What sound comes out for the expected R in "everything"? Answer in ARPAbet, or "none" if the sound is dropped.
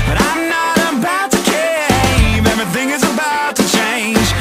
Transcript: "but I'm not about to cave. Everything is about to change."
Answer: none